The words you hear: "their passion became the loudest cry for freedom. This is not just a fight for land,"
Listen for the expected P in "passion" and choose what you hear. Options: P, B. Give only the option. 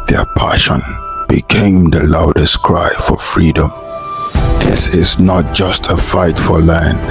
P